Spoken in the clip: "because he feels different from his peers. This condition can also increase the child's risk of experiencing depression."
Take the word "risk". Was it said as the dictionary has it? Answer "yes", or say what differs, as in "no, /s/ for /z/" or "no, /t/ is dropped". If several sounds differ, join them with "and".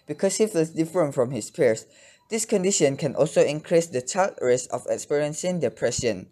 no, /k/ is dropped